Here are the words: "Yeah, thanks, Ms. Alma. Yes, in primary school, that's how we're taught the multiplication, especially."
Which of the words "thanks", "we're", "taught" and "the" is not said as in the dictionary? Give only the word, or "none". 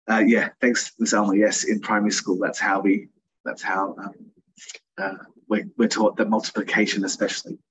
we're